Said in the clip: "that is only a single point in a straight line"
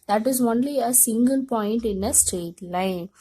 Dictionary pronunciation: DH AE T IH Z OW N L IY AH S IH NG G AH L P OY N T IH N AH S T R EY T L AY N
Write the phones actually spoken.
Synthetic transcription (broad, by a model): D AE T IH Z OW N L IY AH S IH NG G AH L P OY N T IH N AH S T R EY T L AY N